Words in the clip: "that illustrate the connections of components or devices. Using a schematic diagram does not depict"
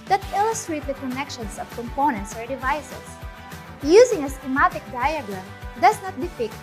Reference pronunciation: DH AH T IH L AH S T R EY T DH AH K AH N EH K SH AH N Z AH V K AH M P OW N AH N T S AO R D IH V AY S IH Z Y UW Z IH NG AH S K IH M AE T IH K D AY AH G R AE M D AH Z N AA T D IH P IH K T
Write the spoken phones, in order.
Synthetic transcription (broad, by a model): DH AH T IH L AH S T R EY T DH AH K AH N EH K SH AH N S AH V K AH M P OW N AH N T S AO R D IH V AY S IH S Y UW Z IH NG AH S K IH M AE T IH K D AY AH G R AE M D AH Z N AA T D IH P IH K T